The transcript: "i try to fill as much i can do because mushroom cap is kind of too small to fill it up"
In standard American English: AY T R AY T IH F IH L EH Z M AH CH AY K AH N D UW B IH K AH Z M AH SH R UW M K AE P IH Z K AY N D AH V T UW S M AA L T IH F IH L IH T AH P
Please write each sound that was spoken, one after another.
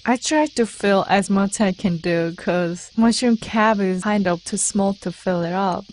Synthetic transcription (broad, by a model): AY T R AY T IH F IH L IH Z M AH CH AY K AH N D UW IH K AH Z M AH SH UW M K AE B IH Z AY N D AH P T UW S M AA L T IH F IH L IH T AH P